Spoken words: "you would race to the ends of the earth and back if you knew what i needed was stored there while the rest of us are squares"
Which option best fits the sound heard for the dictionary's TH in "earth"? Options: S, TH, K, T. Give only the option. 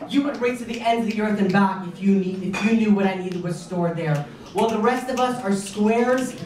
TH